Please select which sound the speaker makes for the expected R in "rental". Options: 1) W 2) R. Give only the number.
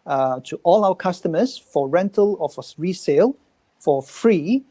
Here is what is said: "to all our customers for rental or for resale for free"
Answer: 2